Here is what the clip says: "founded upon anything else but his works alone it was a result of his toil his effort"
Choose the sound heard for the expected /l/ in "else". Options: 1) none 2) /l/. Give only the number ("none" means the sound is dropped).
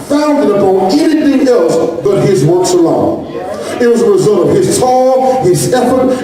2